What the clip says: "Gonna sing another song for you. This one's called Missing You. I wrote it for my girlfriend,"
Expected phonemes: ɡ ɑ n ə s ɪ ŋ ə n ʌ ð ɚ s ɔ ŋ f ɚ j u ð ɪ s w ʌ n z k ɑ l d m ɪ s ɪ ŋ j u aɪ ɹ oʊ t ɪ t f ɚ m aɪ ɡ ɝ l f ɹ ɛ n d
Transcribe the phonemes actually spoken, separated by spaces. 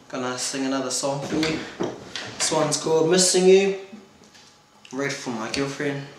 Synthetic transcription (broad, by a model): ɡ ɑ n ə s ɪ ŋ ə n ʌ ð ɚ s ɔ ŋ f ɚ j u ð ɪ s w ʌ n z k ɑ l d m ɪ s ɪ ŋ j u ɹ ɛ ɪ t f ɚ m aɪ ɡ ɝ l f ɹ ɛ n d